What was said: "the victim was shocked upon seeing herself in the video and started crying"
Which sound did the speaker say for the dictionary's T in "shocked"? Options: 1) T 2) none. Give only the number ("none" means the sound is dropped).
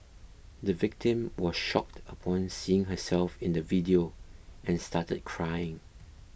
1